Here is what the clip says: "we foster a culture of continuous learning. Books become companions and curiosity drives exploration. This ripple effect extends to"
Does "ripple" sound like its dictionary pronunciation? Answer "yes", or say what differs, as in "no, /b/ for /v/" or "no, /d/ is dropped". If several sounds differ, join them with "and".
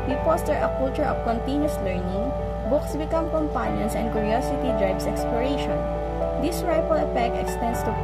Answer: no, /f/ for /p/